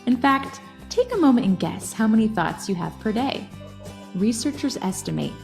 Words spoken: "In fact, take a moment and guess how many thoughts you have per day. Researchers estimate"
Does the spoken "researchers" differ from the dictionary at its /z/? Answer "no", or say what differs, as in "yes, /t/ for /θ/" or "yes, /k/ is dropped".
no